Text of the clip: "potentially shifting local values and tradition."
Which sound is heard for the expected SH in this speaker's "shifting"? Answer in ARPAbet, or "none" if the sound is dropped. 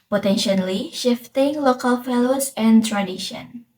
SH